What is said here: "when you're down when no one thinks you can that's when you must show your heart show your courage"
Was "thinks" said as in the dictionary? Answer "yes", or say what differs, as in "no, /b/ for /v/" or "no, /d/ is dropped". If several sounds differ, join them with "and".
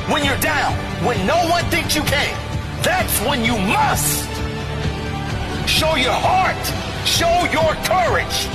yes